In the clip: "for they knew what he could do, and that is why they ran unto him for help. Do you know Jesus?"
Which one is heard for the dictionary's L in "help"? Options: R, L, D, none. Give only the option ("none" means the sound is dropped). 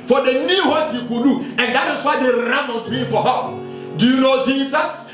none